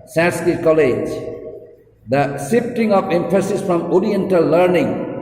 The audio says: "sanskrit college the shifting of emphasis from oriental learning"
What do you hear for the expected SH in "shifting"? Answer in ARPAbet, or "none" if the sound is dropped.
S